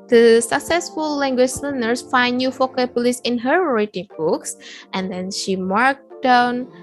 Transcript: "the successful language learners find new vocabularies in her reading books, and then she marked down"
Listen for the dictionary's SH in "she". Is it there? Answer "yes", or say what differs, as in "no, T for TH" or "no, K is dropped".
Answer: yes